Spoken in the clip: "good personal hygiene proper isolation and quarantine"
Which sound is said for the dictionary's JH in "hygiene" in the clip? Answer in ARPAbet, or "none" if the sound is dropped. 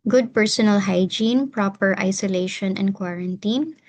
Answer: JH